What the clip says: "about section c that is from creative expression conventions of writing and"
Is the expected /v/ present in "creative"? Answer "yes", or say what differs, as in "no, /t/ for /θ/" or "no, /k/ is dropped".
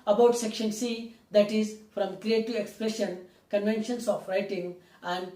no, /v/ is dropped